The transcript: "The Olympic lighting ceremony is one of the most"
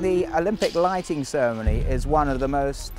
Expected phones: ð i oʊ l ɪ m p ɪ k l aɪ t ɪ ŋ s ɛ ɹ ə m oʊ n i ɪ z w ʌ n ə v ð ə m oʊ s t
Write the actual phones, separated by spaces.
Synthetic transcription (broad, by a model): ð i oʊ l ɪ m p ɪ k l aɪ t ɪ ŋ s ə m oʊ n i ɪ z w ʌ n ə v ð ə m oʊ s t